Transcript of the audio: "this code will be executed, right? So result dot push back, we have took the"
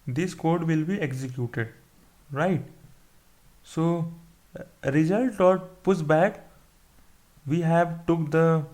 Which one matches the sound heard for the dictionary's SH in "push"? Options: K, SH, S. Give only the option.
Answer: S